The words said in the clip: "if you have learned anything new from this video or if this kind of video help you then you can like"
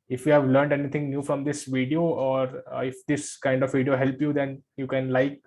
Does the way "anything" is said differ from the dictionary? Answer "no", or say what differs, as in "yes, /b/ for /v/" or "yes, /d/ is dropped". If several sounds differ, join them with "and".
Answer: yes, /t/ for /θ/